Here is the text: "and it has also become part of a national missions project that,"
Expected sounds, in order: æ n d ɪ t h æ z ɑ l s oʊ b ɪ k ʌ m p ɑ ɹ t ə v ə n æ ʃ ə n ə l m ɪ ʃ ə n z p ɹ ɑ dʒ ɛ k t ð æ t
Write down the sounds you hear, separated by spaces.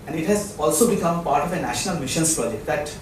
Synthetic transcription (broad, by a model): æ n d ɪ t h æ z ɑ l s oʊ b ɪ k ʌ m p ɑ ɹ t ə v ə n æ ʃ ə n ə l m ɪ ʃ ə n s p ɹ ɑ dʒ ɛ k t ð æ t